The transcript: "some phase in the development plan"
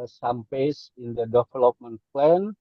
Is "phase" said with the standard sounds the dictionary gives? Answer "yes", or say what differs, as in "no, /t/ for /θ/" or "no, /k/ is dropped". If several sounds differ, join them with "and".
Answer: no, /p/ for /f/ and /s/ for /z/